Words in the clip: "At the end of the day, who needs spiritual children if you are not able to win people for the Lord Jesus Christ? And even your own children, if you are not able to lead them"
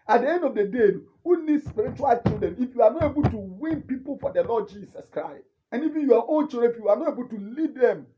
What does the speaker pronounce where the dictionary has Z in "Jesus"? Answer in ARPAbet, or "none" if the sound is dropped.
S